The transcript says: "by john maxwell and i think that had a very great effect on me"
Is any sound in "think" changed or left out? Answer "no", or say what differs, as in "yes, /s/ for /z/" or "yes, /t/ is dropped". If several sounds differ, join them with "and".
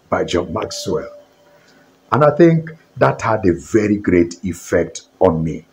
no